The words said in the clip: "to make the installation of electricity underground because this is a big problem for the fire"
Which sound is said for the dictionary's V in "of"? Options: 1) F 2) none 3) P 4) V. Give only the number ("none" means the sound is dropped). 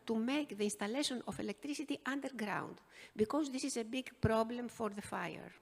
1